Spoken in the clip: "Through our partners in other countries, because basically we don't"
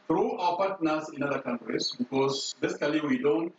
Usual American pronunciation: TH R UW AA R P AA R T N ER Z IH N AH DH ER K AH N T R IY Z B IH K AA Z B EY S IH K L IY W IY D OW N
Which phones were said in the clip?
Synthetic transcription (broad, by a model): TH R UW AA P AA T N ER S IH N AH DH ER K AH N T R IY S B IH K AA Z B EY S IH K L IY W IY D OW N